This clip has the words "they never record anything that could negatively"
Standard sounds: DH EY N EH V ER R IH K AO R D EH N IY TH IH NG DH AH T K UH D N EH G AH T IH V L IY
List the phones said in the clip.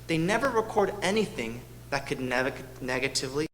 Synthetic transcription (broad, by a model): DH EY N EH V ER R IH K AO R D EH N IY TH IH NG DH AH T K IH D N EH G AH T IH V L IY